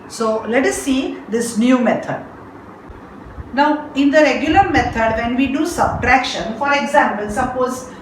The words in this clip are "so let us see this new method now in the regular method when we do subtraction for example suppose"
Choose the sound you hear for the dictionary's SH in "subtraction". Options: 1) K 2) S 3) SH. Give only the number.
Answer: 3